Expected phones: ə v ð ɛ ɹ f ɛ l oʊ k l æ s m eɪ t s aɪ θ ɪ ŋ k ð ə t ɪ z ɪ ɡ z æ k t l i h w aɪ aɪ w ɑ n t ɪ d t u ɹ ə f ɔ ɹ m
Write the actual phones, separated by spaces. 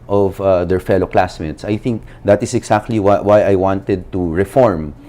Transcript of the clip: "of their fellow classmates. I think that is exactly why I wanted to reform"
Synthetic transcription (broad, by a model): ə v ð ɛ ɹ f ɛ l oʊ k l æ s m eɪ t s aɪ θ ɪ ŋ k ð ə t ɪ s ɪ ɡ s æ k t l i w w aɪ aɪ w ɑ n t ɪ d t u ɹ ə f ɔ ɹ m